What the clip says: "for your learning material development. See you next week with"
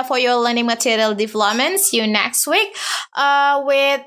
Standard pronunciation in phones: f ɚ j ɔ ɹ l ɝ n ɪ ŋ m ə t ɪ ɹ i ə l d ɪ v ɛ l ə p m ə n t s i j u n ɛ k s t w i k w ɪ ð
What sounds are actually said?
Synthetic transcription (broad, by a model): f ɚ j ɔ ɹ l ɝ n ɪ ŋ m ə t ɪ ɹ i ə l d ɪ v l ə m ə n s j u n ɛ k s t w i k w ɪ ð